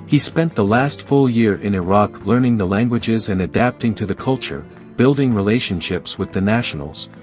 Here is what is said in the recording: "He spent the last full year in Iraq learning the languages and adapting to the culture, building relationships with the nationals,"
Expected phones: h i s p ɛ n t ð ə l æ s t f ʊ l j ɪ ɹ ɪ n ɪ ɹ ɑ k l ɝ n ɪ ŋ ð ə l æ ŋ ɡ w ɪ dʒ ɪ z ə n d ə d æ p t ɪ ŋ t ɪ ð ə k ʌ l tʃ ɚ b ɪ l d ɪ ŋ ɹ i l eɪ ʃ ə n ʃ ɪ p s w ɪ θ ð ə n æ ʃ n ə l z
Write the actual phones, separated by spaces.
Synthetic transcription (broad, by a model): h i s p ɛ n ð ə l æ s t f ʊ l j ɪ ɹ ɪ n ɪ ɹ ɑ k l ɝ n ɪ ŋ ð ə l æ ŋ ɡ w ɪ dʒ ɪ z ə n ə d æ p t ɪ ŋ t ɪ ð ə k ʌ l tʃ ɚ b ɪ l d ɪ ŋ ɹ i l eɪ ʃ ə n ʃ ɪ p s w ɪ ð ə n æ ʃ n l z